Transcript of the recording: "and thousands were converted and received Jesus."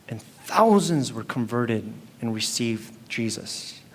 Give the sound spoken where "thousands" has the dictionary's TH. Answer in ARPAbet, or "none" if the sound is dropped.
TH